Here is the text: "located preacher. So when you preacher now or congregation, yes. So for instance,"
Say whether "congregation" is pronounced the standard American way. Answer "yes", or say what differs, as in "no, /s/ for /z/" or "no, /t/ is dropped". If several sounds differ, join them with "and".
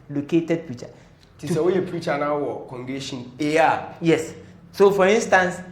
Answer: no, /ʃ/ is dropped